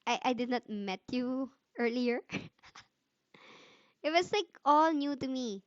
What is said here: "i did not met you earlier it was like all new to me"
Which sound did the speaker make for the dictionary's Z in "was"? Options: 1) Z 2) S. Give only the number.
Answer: 2